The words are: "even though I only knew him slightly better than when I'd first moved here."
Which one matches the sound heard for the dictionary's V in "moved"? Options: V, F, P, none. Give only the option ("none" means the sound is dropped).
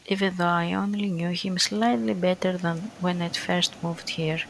V